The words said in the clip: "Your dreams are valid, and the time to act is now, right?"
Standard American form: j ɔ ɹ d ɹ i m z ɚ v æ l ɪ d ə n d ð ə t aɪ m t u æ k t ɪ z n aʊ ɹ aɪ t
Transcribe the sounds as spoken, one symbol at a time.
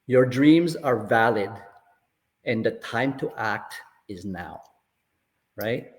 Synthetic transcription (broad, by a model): j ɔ ɹ d ɹ i m z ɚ v æ l ɪ d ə n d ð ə t aɪ m t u æ k t ɪ z n aʊ ɹ aɪ t